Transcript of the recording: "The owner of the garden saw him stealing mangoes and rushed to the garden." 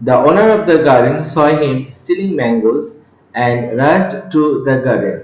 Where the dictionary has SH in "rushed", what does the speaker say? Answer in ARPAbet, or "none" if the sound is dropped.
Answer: S